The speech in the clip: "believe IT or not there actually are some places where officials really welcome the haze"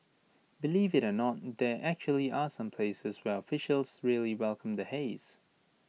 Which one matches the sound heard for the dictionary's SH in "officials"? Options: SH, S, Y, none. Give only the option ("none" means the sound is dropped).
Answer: SH